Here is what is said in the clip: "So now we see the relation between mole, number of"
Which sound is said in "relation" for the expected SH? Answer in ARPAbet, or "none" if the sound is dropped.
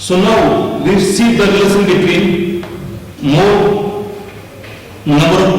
S